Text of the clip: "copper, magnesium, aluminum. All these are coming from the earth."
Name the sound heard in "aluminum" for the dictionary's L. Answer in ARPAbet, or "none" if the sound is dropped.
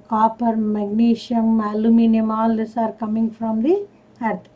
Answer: L